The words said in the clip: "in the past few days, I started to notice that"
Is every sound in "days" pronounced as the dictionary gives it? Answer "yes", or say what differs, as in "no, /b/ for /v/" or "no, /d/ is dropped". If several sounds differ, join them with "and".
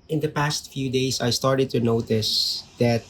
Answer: no, /s/ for /z/